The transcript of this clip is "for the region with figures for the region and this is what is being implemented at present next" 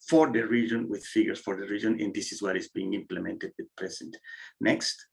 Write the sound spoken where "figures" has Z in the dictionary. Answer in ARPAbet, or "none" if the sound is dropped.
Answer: S